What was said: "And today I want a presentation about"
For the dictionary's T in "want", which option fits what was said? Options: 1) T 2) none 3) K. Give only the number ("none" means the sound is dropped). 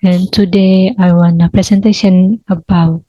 2